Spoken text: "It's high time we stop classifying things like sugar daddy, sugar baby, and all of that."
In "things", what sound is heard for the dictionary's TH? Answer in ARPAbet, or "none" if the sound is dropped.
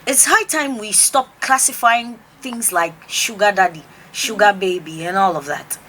TH